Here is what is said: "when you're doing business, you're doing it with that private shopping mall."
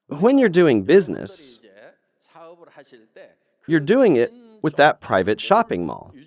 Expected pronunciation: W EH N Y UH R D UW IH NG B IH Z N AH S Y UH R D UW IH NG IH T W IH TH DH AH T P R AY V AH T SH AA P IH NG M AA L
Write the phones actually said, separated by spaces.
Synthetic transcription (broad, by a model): W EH N Y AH R D UW IH NG B IH Z N AH S Y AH R D UW IH NG IH T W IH DH AH T P R AY V AH T SH AA P IH NG M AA L